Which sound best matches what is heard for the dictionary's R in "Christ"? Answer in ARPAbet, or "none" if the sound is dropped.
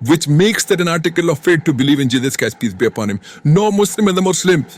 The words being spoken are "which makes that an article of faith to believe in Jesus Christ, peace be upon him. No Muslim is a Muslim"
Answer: none